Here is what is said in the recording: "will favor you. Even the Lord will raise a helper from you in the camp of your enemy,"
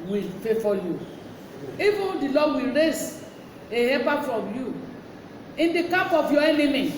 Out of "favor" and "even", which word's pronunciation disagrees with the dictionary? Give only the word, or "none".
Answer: favor